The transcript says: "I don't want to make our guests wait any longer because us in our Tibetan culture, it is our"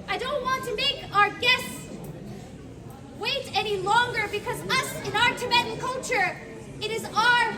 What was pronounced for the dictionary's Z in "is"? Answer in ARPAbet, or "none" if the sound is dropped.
Z